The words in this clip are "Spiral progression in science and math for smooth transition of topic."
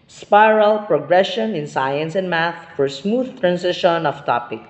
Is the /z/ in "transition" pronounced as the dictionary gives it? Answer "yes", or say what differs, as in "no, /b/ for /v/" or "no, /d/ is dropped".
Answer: no, /s/ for /z/